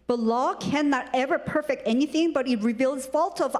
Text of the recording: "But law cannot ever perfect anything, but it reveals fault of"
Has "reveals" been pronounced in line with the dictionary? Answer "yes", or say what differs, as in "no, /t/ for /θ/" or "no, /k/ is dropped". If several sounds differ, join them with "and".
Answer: yes